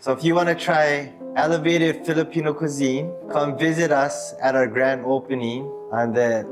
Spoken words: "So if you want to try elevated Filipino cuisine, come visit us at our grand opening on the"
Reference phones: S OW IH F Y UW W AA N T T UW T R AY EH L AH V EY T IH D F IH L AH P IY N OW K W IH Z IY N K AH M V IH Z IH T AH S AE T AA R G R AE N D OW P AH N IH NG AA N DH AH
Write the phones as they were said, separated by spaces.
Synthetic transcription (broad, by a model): S OW IH F Y UW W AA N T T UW T R AY EH L AH V EY T IH D F IH L AH P IY N OW K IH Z IY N K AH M V IH Z IH T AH S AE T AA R G R AE N D OW P AH N IH NG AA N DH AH